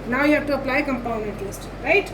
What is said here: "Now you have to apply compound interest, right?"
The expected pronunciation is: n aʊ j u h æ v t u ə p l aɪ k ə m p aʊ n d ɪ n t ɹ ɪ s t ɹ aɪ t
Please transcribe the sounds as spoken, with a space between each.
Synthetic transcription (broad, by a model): n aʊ j u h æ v t u ə p l aɪ k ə m p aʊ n ɪ n t l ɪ s t ɹ aɪ t